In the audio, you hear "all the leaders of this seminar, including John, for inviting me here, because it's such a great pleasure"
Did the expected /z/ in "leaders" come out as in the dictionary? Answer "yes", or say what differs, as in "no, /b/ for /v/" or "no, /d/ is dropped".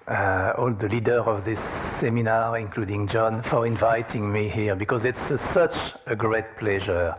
no, /z/ is dropped